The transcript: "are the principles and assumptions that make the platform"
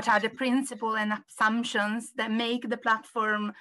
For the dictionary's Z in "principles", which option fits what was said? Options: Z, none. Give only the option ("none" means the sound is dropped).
none